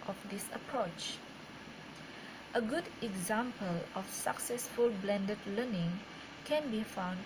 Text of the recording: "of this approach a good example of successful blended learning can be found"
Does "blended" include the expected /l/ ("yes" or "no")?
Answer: yes